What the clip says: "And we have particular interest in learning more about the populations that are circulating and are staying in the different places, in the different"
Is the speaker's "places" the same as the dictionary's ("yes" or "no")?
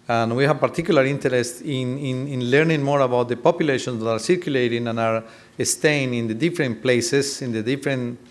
no